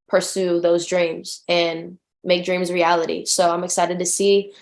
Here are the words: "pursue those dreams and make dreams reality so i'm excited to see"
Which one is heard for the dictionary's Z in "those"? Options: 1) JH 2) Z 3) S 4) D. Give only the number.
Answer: 2